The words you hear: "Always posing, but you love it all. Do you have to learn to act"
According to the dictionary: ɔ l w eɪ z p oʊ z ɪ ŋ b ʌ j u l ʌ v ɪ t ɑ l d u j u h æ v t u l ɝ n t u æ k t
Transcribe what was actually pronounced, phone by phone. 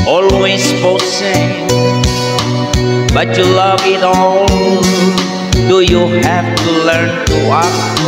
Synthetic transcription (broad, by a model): ɔ l w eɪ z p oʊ s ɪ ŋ b ʌ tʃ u l ʌ v ɪ t ɑ l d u j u h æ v t u l ɝ n t u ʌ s